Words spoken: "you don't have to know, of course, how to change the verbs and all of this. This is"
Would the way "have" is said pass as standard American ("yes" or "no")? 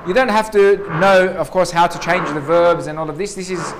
no